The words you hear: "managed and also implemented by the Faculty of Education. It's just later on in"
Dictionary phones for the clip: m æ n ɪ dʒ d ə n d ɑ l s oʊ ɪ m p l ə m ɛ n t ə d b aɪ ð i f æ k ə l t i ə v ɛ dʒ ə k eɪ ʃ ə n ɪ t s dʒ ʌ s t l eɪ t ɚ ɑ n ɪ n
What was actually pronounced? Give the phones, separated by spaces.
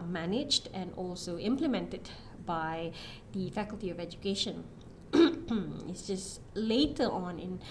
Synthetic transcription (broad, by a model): m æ n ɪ dʒ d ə n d ɑ l s oʊ ɪ m p l ə m ɛ n t ə d b aɪ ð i f æ k ə l t i ə v ɛ dʒ ə k eɪ ʃ ə n ɪ t s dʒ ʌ s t l eɪ t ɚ ɑ n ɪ n